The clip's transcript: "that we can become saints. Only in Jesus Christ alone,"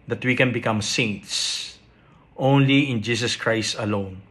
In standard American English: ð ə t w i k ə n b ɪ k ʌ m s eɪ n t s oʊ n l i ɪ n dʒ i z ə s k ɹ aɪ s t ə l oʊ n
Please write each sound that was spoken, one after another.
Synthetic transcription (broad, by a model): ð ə t w i k ə n b ɪ k ʌ m s eɪ n t s oʊ n l i ɪ n dʒ i s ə s k ɹ aɪ s t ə l oʊ n